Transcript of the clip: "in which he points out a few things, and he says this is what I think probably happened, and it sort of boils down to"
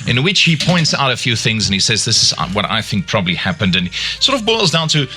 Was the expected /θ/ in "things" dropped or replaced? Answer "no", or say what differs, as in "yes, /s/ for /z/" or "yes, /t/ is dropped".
no